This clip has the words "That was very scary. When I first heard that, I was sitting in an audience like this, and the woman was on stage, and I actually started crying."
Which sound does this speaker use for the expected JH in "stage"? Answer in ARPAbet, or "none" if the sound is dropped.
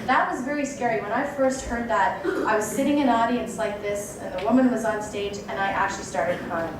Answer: JH